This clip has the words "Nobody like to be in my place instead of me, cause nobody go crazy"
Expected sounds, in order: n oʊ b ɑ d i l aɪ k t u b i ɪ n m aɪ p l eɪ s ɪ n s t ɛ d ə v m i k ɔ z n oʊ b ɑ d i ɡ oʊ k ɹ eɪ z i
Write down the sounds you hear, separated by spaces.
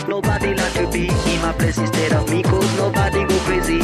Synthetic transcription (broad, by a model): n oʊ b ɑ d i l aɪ t u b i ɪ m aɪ p l eɪ s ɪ s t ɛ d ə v m i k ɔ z n oʊ b ɑ d i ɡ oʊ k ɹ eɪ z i